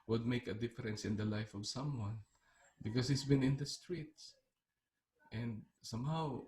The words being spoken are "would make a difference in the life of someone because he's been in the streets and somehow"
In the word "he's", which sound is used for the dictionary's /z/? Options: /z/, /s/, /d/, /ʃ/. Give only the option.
/s/